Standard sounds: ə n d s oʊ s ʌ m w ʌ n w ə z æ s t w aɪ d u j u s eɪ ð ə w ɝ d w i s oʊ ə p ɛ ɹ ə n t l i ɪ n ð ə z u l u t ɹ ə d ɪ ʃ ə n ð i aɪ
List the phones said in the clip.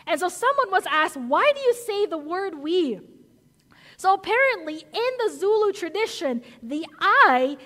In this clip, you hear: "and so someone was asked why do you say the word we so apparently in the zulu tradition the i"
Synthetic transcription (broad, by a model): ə n s oʊ s ʌ m w ʌ n w ə z æ s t w aɪ d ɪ j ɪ s eɪ ð ə w ɝ d w i s oʊ ə p ɛ ɹ ə n t l i ɪ n ð ə z u l u t ɹ ə d ɪ ʃ ə n ð i aɪ